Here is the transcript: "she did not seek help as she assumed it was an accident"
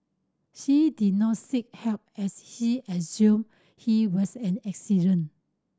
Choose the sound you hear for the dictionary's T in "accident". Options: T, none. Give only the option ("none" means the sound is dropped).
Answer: none